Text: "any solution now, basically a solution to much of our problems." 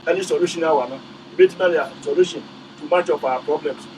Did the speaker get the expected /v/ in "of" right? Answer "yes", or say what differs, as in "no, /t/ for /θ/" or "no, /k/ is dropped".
no, /p/ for /v/